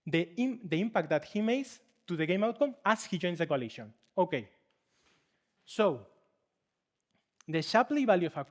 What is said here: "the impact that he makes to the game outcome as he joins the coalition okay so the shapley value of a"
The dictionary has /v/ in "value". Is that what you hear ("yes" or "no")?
no